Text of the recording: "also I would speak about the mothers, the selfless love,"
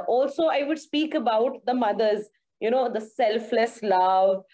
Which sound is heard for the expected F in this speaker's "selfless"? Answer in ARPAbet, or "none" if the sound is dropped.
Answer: F